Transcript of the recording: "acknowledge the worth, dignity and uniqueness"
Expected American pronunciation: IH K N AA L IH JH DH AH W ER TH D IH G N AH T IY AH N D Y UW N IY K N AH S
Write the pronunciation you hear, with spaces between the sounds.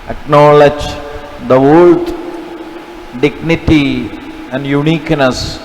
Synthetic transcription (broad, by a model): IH K N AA L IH JH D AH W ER T D IH G N AH T IY AH N D Y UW N IY K N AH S